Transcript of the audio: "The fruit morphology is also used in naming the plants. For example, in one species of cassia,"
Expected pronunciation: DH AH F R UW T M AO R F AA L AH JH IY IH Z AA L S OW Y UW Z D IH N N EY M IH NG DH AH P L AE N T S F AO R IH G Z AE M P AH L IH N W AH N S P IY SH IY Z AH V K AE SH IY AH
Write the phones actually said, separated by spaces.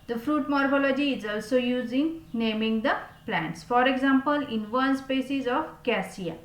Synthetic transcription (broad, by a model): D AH F R UW T M AO R F AA L AH JH IY IH Z AA L S OW Y UW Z IH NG N EY M IH NG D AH P L AE N T S F AO R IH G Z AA M P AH L IH N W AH N S P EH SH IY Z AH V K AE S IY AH